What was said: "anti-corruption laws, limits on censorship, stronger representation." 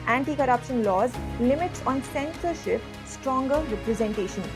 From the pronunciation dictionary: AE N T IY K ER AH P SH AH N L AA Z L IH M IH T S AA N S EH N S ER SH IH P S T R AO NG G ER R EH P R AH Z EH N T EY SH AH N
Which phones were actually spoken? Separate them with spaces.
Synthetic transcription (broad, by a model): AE N T IY K ER AH P SH AH N L AA Z L IH M IH T S AA N S EH N S ER SH IH P S T R AO NG G ER R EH P R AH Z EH N T EY SH AH N